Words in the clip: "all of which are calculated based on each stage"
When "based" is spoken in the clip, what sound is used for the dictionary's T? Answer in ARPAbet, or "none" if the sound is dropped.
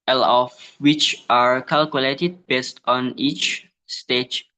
T